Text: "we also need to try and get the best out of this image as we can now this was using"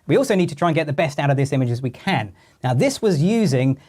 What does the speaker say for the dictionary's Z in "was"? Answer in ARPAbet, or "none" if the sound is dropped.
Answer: Z